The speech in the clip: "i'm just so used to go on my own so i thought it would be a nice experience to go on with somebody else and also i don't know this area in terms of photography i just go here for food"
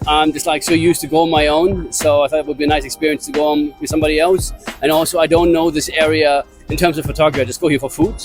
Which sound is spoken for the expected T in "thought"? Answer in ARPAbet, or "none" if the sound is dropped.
T